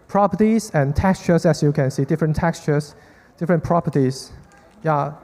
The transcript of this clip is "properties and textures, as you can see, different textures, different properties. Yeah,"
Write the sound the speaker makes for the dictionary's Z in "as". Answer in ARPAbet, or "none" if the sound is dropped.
S